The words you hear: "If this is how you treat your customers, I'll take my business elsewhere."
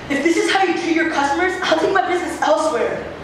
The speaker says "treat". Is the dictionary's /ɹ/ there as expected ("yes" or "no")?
no